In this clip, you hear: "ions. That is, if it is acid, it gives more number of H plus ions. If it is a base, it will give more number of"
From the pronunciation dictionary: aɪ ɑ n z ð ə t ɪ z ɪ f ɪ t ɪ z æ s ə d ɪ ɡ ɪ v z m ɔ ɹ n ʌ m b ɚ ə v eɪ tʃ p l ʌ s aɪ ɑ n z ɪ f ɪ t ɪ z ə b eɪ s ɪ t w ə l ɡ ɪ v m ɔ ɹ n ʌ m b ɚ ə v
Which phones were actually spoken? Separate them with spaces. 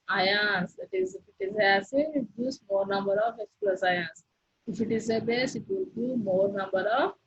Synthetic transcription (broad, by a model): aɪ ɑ n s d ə t ɪ z ɪ f ɪ t ɪ z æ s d ɪ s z m ɔ ɹ n ʌ m b ɚ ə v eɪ s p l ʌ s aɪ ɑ n s ɪ f ɪ t ɪ z ə b eɪ s ɪ t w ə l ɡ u m ɔ ɹ n ʌ m b ɚ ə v